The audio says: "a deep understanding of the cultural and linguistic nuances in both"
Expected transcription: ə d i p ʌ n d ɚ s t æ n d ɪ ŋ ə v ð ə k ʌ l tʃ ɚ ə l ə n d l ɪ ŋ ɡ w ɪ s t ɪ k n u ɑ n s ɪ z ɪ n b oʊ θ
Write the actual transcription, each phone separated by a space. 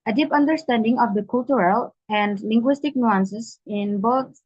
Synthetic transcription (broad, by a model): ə d i p ʌ n d ɚ s t æ n d ɪ ŋ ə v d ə k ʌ l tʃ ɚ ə l ə n d l ɪ ŋ ɡ w ɪ s t ɪ k n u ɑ n s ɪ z ɪ n b oʊ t